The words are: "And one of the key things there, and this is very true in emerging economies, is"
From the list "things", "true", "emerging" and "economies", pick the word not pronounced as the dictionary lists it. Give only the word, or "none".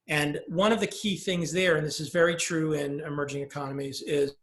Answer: none